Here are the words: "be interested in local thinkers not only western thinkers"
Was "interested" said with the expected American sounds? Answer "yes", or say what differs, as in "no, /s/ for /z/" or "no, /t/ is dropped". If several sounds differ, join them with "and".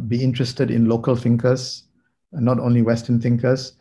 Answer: yes